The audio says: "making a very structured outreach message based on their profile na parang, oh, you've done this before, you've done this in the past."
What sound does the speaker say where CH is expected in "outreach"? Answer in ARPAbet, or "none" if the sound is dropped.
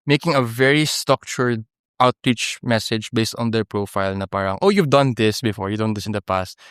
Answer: CH